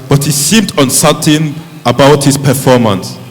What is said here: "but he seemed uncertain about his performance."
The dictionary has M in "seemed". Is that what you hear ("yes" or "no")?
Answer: yes